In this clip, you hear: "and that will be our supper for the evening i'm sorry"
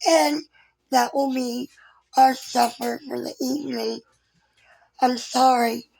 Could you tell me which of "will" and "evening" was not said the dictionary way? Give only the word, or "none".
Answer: none